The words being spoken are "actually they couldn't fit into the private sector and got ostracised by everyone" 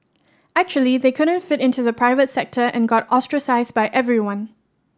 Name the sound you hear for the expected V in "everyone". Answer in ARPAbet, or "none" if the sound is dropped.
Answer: V